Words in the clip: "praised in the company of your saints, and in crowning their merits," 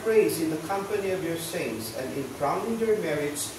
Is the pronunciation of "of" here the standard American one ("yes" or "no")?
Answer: yes